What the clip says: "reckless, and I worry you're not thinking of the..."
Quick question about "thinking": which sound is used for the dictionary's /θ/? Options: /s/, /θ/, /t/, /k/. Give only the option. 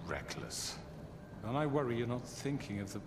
/θ/